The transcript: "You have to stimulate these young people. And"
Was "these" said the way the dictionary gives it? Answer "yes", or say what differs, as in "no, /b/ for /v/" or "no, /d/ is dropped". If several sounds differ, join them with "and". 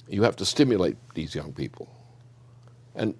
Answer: yes